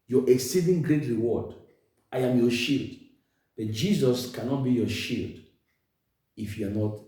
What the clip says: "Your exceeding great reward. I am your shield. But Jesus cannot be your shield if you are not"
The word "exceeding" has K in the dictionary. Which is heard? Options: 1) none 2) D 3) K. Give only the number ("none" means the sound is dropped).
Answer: 3